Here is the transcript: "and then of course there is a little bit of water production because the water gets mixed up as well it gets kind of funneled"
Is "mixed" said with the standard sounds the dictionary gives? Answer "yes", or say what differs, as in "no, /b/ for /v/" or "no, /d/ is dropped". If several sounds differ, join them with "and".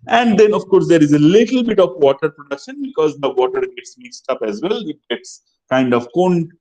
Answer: yes